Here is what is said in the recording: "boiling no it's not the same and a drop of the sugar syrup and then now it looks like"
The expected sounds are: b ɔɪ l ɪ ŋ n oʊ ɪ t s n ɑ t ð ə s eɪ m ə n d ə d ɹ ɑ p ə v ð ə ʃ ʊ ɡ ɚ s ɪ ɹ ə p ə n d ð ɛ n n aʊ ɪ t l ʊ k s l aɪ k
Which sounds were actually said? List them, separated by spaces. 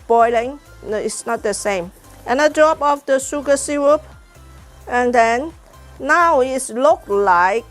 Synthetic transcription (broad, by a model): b ɔɪ l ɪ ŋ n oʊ ɪ t s n ɑ t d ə s eɪ m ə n ə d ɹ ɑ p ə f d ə s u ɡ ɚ s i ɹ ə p ə n d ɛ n n aʊ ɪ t l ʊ k l aɪ k